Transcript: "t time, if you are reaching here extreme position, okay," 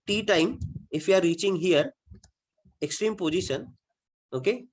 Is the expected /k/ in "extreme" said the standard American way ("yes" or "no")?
yes